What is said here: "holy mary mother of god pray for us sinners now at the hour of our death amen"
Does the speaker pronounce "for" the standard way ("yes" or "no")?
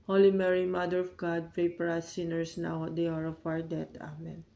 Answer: no